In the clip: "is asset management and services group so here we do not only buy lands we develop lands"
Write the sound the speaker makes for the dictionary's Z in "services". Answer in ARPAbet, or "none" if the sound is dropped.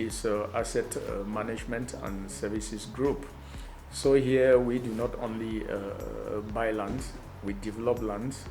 S